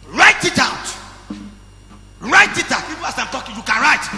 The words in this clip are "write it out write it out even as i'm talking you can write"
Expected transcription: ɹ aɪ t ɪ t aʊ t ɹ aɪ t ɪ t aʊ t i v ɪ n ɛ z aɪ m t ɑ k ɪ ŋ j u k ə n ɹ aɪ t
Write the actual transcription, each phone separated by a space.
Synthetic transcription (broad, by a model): ɹ aɪ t ɪ t aʊ t ɹ aɪ t ɪ t aʊ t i p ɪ ɑ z aɪ m t ɑ k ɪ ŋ j u k ə n ɹ aɪ t